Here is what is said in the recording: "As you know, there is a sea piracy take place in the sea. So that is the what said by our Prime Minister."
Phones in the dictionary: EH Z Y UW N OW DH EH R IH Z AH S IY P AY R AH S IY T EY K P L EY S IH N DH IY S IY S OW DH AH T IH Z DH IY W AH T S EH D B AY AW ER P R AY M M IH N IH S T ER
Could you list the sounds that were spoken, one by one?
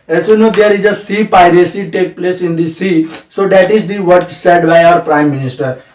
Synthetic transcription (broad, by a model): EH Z Y UW N OW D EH R IH Z AH S IY P AY R AH S IY T EY K P L EY S IH N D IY S IY S OW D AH T IH Z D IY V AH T S EH D B AY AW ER P R AY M M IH N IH S T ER